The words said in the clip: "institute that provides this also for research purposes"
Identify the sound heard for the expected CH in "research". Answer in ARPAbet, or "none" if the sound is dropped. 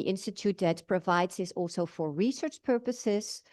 CH